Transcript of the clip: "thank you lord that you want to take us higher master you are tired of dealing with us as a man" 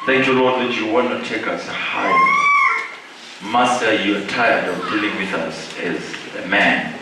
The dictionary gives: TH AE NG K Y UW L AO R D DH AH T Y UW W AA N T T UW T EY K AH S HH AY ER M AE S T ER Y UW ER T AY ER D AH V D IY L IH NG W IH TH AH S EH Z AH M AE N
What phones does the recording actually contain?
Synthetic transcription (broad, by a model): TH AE NG K Y UW L AO D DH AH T Y UW W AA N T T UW T EY K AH S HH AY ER M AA S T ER Y UW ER T AY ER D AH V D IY L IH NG W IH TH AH S EH Z AH M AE N